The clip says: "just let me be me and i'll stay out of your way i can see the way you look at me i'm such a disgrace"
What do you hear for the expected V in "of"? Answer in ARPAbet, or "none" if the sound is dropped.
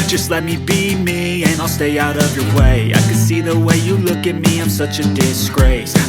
V